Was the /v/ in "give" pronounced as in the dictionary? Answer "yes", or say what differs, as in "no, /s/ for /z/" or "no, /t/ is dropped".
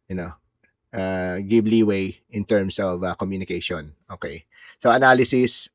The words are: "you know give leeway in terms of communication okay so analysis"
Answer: no, /b/ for /v/